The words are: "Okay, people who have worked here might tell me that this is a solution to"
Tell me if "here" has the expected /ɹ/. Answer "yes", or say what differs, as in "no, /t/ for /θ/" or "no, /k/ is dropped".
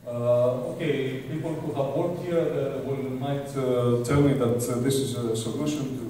no, /l/ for /ɹ/